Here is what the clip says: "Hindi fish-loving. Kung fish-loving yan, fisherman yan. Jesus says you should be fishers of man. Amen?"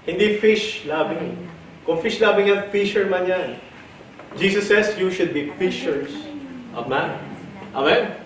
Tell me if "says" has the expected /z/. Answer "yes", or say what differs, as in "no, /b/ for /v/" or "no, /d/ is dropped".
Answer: no, /s/ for /z/